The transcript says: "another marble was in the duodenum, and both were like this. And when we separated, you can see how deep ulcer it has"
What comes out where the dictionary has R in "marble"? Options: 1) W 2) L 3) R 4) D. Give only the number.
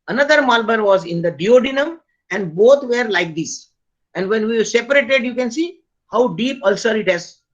2